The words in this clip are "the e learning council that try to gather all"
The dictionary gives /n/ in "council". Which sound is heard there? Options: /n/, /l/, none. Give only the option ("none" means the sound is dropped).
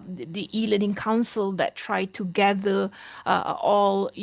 /n/